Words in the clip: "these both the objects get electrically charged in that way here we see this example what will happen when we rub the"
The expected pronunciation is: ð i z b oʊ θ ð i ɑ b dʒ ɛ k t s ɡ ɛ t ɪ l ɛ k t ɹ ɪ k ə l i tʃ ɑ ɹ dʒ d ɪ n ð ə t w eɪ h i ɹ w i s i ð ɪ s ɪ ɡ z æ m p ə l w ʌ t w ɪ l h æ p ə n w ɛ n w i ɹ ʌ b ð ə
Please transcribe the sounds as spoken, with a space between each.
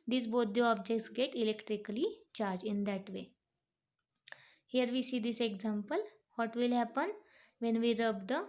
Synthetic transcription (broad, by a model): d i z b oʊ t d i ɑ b dʒ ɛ k t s ɡ ɛ t ɪ l ɛ k t ɹ ɪ k ə l i tʃ ɑ ɹ dʒ ɪ n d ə t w eɪ h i ɹ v i s i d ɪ s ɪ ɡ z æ m p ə l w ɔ t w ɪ l h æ p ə n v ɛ n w i ɹ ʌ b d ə